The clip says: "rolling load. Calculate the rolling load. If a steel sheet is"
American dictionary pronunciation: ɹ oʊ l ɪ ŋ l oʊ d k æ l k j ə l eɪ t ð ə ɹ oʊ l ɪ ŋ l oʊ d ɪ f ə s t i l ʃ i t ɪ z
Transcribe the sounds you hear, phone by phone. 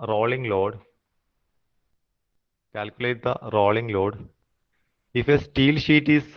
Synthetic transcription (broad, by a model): ɹ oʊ l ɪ ŋ l oʊ d k æ l k j ə l eɪ t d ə ɹ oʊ l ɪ ŋ l oʊ d ɪ f ə s t i l ʃ i t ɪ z